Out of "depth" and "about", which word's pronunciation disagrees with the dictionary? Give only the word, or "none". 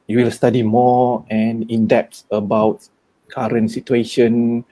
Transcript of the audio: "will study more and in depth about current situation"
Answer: depth